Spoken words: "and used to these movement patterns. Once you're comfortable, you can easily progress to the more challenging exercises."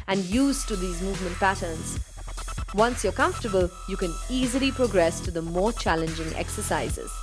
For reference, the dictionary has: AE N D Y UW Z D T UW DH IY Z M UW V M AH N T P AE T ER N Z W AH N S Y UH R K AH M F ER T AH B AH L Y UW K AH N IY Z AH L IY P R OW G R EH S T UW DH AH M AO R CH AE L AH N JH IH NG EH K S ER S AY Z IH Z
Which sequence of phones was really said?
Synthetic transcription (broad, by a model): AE N D Y UW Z T UW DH IY Z M UW V M AH N T P AE T ER N Z W AH N S Y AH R K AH M F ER T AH B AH L Y UW K AH N IY Z AH L IY P R OW G R EH S T UW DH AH M AO R CH AE L AH N JH IH NG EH K S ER S AY Z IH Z